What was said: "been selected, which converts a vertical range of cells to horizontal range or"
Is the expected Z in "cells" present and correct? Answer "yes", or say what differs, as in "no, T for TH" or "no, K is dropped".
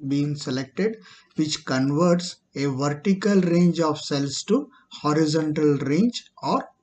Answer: no, S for Z